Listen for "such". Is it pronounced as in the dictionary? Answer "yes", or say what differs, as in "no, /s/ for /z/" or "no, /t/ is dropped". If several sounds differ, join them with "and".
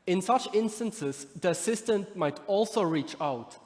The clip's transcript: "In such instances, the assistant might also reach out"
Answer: yes